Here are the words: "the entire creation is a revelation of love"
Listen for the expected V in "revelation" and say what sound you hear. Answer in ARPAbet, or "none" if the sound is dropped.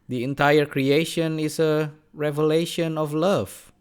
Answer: V